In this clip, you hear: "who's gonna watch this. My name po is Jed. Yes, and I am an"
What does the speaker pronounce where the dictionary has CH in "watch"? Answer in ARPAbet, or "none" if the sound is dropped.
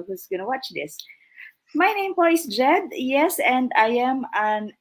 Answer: CH